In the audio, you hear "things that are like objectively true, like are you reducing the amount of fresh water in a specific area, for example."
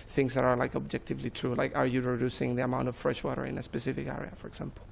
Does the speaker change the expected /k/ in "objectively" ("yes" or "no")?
no